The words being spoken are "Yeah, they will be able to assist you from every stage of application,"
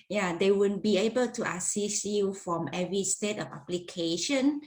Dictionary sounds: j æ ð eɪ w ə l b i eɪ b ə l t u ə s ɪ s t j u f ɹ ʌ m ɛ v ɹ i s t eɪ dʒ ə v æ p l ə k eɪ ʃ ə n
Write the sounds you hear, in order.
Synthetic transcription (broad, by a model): j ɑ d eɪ w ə n b i eɪ b ə l t u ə s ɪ s j u f ɹ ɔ m ɛ v ɹ i s t eɪ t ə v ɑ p l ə k eɪ ʃ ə n